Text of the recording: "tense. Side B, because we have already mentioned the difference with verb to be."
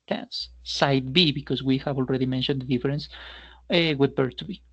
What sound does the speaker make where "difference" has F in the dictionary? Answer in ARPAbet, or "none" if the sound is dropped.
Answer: none